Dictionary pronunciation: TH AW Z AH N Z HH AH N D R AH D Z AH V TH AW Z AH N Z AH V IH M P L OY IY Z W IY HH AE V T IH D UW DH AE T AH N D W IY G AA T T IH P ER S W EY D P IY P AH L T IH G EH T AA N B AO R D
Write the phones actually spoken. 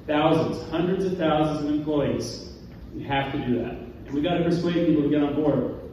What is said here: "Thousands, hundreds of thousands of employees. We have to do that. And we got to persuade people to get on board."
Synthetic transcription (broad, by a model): TH AW Z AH N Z HH AH N D R AH D Z AH V TH AW Z AH N Z AH V IH M P L OY IY Z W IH HH AE F T IH D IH DH AE T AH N W IY G AA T T IH P ER S W EY D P IY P L T IH G EH T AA N B AO R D